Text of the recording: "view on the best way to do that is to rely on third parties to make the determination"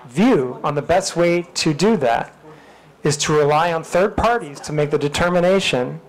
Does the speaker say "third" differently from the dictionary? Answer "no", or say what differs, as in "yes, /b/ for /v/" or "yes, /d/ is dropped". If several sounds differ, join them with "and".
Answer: no